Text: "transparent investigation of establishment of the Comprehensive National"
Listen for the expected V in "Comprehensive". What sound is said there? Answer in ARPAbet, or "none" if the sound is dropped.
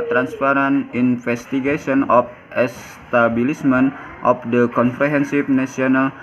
P